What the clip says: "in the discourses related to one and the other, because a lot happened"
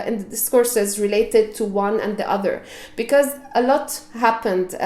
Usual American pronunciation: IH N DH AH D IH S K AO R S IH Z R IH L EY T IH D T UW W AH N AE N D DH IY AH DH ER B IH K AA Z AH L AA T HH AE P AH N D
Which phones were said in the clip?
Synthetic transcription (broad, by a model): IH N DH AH D IH S K AO R S IH Z R IH L EY T IH D T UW W AH N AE N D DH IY AH DH ER B IH K AA Z AH L AA T HH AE P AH N D